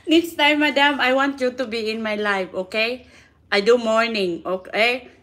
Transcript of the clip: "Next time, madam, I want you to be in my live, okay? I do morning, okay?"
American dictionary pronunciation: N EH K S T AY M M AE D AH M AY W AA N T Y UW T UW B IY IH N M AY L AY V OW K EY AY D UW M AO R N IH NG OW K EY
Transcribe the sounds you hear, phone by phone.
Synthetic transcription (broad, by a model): N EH K S T AY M M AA D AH M AY W AA N T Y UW T UW B IY IH N M AY L AY F OW K EY AY D UW M AO R N IH NG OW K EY